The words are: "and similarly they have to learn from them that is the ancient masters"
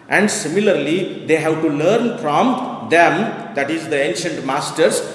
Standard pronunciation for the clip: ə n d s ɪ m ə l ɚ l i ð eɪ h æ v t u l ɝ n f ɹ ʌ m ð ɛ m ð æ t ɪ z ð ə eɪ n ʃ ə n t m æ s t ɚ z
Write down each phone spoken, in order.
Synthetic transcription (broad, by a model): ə n d s ɪ m ə l ɚ l i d eɪ h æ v t u l ɝ n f ɹ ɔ m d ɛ m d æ t ɪ z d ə eɪ n ʃ ə n t m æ s t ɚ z